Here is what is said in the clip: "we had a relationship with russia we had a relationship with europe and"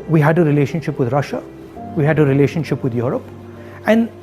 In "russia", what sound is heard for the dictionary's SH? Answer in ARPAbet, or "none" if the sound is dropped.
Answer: SH